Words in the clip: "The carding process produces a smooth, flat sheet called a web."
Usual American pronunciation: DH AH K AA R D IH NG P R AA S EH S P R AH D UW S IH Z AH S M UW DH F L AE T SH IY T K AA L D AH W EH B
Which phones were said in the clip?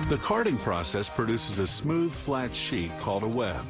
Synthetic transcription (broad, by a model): DH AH K AA R D IH NG P R AA S EH S P R AH D UW S IH Z AH S M UW DH F L AE T SH IY T K AA L D AH W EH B